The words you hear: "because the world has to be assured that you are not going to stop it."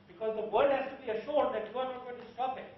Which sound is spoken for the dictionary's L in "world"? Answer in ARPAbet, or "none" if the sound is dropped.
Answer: none